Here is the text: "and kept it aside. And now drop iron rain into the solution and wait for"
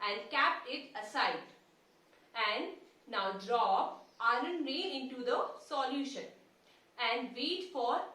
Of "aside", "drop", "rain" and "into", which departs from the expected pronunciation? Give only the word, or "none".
rain